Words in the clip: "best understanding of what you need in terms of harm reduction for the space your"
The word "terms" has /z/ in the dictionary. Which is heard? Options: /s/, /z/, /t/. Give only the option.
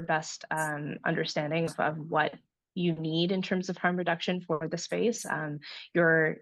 /z/